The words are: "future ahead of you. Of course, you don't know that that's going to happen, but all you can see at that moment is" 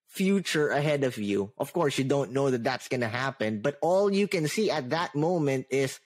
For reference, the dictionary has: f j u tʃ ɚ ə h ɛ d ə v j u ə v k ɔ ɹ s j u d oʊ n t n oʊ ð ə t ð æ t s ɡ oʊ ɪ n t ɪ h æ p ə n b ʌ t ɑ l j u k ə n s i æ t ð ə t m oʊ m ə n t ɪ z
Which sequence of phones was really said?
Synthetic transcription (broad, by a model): f j u tʃ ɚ ə h ɛ d ə v j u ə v k ɔ ɹ s j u d oʊ n t n oʊ ð ə t ð æ t s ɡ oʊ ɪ n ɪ h æ p ə n b ʌ t ɑ l j u k ə n s i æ t ð ə t m oʊ m ə n t ɪ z